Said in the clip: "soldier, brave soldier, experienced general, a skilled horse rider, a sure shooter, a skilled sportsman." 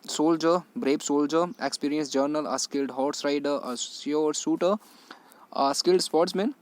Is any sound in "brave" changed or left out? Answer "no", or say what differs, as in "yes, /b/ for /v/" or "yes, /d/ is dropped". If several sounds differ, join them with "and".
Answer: yes, /b/ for /v/